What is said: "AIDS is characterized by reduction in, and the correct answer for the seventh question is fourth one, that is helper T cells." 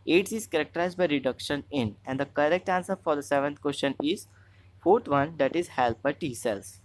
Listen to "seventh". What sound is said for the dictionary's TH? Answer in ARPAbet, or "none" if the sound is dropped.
T